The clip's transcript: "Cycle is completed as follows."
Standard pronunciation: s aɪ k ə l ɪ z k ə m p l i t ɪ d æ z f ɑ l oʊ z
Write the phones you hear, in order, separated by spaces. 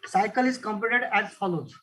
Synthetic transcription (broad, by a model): s aɪ k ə l ɪ z k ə m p ɔ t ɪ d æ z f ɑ l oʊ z